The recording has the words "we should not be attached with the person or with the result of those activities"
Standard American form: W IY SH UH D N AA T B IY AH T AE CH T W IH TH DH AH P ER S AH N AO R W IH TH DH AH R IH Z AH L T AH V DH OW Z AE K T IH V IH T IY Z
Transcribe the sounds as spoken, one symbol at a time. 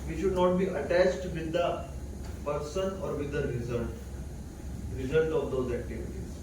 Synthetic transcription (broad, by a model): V IY SH UH D N AA T B IY AH T AE CH T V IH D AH P ER S AH N AO R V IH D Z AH R IH Z AH L T AH V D OW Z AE K T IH V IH T IY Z